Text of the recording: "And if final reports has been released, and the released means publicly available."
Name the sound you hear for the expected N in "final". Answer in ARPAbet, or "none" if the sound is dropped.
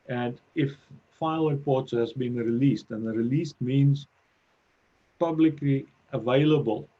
none